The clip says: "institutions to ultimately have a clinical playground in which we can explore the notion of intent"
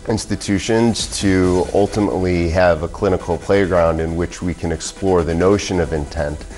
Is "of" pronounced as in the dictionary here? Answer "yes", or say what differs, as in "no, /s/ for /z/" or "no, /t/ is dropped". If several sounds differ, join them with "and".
yes